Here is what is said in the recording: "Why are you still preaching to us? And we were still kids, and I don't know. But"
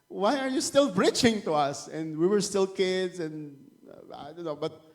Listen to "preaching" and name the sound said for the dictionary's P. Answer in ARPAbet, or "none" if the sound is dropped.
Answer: B